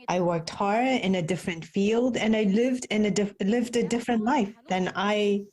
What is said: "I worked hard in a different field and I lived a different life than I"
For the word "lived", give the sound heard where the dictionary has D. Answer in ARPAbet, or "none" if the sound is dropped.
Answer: D